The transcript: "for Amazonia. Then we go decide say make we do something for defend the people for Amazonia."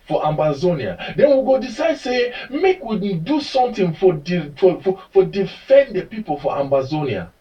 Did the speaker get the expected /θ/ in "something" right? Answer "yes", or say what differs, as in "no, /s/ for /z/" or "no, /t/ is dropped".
no, /f/ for /θ/